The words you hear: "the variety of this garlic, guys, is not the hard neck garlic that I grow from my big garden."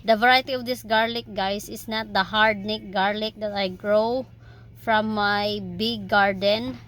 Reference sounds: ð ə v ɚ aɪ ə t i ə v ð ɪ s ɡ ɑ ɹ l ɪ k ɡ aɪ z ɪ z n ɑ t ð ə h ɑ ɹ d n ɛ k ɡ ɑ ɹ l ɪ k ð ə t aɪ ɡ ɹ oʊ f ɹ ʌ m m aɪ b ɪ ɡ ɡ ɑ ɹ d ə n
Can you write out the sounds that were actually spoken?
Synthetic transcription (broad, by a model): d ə v ɚ aɪ ə t i ə v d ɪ s ɡ ɑ ɹ l ɪ k ɡ aɪ s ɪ s n ɑ t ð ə h ɑ ɹ d n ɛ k ɡ ɑ ɹ l ɪ k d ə t aɪ ɡ ɹ oʊ f ɹ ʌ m m aɪ b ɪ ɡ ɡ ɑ ɹ d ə n